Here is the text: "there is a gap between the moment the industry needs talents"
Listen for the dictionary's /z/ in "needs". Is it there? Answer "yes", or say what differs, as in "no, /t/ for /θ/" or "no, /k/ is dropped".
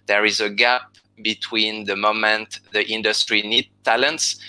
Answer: no, /z/ is dropped